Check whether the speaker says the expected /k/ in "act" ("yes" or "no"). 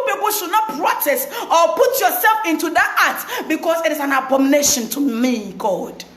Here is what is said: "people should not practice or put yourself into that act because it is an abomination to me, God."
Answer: no